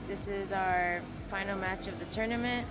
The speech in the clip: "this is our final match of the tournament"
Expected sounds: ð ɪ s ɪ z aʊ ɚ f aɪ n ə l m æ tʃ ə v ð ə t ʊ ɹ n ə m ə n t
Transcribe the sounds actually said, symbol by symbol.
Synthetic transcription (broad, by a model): ð ɪ s ɪ z aʊ ɚ f aɪ n l m æ tʃ ə v ð ə t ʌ ɹ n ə m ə n t